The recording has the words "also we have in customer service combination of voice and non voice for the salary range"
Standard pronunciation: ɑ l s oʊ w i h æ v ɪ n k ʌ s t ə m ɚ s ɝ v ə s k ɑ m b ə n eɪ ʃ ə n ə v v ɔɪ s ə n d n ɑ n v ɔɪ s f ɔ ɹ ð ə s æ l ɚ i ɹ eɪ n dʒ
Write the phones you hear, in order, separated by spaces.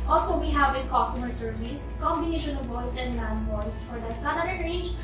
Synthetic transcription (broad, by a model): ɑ l s oʊ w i h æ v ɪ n k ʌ s t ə m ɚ s ɝ v ə s k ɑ m b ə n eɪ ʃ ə n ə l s ə n d l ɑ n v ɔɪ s f ɔ ɹ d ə s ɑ n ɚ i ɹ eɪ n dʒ